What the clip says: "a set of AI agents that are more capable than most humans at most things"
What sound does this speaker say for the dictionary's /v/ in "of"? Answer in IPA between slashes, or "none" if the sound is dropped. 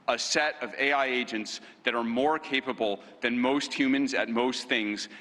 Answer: /v/